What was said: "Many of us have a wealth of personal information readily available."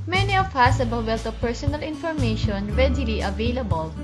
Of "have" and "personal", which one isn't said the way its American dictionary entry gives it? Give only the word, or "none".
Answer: have